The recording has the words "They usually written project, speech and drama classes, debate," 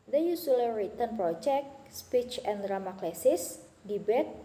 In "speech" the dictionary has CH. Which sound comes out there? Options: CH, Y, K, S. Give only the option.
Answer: CH